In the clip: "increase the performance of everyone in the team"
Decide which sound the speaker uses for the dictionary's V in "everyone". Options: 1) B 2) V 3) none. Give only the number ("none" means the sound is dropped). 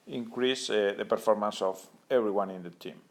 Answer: 1